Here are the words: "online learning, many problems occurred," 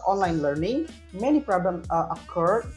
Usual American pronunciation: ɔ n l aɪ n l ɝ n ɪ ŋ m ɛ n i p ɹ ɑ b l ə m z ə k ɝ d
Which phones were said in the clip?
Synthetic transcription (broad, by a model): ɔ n l aɪ n l ɝ n ɪ ŋ m ɛ n i p ɹ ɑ b l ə m ə k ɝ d